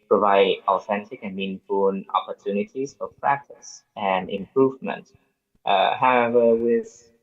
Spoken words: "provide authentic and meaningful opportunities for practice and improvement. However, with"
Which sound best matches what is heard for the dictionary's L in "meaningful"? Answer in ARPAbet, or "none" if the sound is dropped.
N